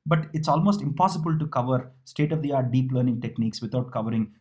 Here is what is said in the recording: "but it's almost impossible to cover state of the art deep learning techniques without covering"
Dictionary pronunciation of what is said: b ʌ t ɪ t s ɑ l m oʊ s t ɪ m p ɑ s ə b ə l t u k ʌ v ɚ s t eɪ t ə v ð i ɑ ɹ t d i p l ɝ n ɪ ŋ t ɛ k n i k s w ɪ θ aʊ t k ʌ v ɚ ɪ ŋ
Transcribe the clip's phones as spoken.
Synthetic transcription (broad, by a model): b ʌ t ɪ t s ɑ l m oʊ s t ɪ m p ɑ s ə b ə l t u k ʌ v ɚ s t eɪ t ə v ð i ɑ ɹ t d i p l ɝ n ɪ ŋ t ɛ k n i k s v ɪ t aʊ t k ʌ v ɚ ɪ ŋ